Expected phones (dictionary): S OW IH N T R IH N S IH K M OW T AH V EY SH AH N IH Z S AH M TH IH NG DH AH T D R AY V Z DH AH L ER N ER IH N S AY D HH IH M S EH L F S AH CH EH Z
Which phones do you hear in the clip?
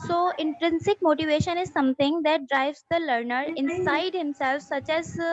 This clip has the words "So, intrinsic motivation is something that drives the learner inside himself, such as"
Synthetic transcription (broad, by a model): S OW IH N T R IH N S IH K M OW T AH V EY SH AH N IH Z S AH M T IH NG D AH T D R AY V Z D AH L ER N ER IH N S AY D HH IH M S EH L F S AH CH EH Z